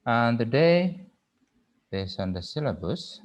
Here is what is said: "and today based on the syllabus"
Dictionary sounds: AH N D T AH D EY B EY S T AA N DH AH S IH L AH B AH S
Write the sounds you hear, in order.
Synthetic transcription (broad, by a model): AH N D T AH D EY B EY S AA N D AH S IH L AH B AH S